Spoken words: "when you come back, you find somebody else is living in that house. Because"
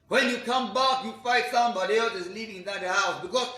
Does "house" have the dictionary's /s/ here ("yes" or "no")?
yes